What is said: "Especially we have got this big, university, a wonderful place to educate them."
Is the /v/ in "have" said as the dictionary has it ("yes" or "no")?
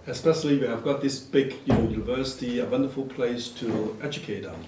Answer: yes